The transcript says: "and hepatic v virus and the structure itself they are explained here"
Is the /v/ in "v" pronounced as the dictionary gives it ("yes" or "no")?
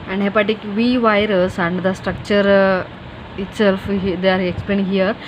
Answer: yes